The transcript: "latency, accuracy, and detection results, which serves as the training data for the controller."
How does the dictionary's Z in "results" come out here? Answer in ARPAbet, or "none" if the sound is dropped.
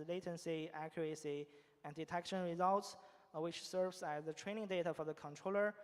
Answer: Z